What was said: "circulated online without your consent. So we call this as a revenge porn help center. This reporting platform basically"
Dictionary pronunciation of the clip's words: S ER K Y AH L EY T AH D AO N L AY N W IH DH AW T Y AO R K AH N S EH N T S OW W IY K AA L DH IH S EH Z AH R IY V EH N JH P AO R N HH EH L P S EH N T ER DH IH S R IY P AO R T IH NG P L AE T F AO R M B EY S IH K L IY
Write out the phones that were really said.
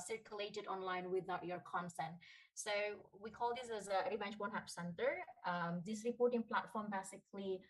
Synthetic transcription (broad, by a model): S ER K Y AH L EY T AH D AO N L AY N W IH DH AW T Y AO R K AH N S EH N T S OW W IY K AA L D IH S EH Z AH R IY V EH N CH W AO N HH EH P S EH N T ER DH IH S R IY P AO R T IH NG P L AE T F AO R M B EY S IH K L IY